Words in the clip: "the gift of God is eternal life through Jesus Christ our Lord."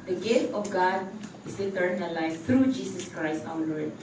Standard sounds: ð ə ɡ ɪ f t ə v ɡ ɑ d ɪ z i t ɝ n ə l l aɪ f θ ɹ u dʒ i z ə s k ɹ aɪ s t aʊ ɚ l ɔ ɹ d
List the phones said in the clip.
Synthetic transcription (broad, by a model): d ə ɡ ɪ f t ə f ɡ ɑ d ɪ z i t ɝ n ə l l aɪ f t ɹ u dʒ i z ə s k ɹ aɪ s t aʊ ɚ l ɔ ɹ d